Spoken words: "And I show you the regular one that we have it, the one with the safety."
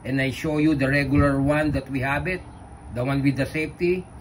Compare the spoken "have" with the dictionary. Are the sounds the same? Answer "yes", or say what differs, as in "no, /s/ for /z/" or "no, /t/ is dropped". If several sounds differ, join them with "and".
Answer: no, /b/ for /v/